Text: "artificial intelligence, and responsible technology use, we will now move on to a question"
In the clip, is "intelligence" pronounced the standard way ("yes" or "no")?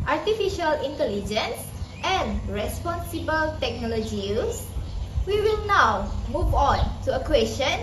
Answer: yes